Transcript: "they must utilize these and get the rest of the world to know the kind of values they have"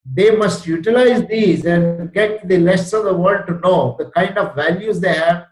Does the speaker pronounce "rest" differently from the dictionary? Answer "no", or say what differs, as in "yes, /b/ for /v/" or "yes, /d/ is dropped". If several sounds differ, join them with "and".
yes, /l/ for /ɹ/